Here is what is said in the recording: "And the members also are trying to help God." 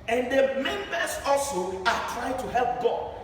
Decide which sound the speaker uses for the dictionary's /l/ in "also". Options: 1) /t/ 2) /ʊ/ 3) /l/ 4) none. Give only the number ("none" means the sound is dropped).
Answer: 3